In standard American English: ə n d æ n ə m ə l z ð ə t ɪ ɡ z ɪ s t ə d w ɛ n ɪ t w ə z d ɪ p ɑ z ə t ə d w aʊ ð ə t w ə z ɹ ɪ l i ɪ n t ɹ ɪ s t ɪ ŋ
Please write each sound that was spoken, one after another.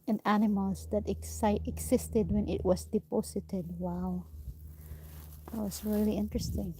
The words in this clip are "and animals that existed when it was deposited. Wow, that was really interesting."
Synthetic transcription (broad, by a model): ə n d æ n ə m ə l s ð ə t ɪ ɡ s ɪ s t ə d w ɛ n ɪ t w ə s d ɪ p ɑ s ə t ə d w aʊ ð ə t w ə s ɹ ɪ l i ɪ n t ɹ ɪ s t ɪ ŋ